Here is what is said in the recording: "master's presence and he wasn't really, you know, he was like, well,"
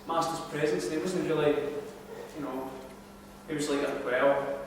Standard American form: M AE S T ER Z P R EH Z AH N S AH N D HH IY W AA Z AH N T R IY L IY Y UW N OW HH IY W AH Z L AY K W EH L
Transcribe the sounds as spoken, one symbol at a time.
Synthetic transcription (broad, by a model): M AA S T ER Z P R EH Z AH N S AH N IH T W AA Z AH N T R IY L IY Y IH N OW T W AH Z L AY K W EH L